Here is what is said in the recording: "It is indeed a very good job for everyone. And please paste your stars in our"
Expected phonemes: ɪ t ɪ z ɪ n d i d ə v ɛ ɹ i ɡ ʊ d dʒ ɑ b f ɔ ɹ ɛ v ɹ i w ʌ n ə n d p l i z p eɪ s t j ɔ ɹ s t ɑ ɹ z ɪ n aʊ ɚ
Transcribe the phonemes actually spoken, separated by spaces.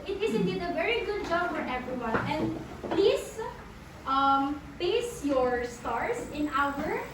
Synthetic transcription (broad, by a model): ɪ t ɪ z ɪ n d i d ə v ɛ ɹ i ɡ ʊ d dʒ ɑ b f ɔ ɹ ɛ v ɹ i w ʌ n ə n d p l i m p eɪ s j ɔ ɹ s t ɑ ɹ s ɪ n aʊ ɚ